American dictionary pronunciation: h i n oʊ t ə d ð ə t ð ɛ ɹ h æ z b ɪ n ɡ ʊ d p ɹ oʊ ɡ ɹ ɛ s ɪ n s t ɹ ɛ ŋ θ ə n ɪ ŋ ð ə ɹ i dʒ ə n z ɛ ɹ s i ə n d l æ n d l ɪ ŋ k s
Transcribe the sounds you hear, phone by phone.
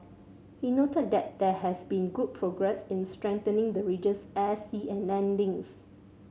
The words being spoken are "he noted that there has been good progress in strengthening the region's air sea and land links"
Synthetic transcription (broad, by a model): h i n oʊ t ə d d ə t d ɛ h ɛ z b ɪ n ɡ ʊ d p ɹ oʊ ɡ ɹ ɛ s ɪ n s t ɹ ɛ ŋ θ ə n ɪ ŋ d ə ɹ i dʒ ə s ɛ s i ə n l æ n d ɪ ŋ s